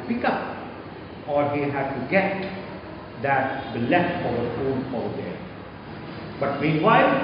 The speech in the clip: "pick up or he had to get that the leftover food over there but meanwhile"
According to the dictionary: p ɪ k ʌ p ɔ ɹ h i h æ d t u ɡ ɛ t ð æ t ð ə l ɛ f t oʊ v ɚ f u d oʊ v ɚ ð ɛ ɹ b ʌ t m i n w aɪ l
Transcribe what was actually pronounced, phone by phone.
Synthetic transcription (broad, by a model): p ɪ k ʌ p ɔ ɹ h i h æ d t u ɡ ɛ t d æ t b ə l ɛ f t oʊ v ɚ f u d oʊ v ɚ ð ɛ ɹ b ʌ t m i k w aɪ